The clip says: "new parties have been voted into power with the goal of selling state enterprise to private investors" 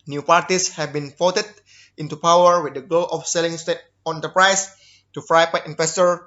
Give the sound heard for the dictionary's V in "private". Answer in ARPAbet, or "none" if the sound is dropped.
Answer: P